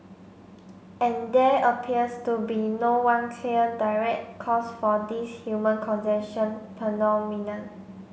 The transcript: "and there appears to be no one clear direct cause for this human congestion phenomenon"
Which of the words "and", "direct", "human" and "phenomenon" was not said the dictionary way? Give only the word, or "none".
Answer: phenomenon